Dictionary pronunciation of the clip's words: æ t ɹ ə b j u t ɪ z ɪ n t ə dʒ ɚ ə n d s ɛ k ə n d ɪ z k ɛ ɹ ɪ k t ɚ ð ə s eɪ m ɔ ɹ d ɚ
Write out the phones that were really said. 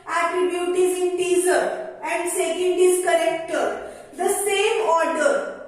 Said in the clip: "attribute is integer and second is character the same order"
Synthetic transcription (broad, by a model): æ t ɹ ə b j u t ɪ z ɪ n t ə z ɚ ə n d s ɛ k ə n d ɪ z k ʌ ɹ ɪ k t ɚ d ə s eɪ m ɔ ɹ d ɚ